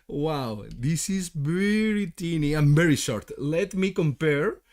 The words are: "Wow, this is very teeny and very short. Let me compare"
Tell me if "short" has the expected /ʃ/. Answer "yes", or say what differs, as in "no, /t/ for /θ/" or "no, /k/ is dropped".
yes